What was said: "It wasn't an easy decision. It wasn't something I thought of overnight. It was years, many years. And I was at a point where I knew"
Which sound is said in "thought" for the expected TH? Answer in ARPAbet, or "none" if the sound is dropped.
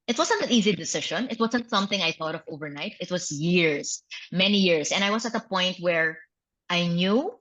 TH